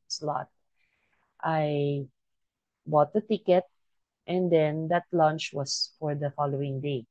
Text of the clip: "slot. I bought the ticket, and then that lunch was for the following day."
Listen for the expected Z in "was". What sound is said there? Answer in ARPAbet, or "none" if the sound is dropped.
S